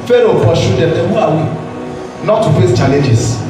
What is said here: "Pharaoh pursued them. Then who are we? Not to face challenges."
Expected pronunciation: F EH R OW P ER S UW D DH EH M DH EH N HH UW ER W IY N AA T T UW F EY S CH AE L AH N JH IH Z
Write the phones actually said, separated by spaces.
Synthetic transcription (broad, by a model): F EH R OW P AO SH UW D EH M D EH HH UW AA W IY N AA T T UW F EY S CH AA L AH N JH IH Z